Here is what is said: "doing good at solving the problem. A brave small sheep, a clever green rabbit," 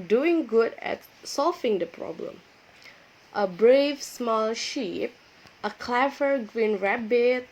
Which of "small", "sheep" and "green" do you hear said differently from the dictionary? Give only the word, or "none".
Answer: none